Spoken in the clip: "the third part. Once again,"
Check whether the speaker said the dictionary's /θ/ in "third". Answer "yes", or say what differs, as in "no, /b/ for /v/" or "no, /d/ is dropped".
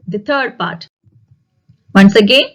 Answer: no, /t/ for /θ/